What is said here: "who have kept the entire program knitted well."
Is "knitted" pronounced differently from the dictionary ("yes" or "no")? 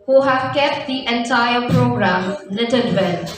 yes